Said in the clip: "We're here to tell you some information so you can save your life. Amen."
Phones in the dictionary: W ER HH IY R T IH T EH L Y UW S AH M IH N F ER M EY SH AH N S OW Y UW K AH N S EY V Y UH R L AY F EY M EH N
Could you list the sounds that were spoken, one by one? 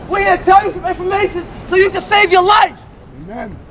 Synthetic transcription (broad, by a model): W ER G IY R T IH T EH L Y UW S AH M IH N F ER M EY SH AH N S OW Y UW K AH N S EY V Y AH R L AY F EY M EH N